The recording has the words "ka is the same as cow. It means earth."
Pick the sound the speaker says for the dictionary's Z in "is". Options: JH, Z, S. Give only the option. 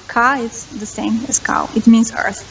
S